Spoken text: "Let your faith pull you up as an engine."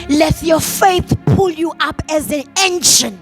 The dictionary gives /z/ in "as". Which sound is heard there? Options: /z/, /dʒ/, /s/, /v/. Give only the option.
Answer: /z/